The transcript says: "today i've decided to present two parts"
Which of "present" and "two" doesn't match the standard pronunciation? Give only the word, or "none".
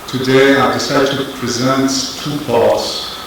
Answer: none